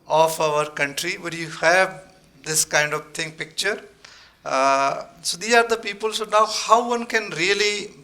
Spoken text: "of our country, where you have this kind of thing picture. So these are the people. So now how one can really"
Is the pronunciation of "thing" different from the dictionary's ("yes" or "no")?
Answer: yes